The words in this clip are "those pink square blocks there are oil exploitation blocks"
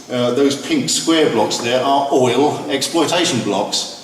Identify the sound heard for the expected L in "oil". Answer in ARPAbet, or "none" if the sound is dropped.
L